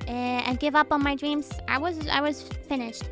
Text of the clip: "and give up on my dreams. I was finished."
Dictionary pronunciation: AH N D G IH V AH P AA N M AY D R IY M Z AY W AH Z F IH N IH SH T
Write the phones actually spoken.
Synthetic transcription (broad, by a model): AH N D G IH V AH P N M AY D R IY M Z AY W AH Z F IH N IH SH T